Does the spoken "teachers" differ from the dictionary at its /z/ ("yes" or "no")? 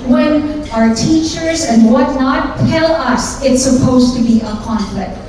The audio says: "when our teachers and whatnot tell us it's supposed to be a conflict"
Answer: no